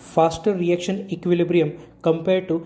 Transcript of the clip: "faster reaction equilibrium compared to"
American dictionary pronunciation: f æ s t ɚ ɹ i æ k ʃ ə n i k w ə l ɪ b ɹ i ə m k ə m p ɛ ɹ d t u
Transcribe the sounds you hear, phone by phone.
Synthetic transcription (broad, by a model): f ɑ s t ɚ ɹ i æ k ʃ ə n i k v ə l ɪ b ɹ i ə m k ə m p ɛ ɹ d t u